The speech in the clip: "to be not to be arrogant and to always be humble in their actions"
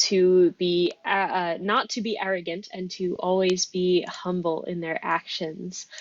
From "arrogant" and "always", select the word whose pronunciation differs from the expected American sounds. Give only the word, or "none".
none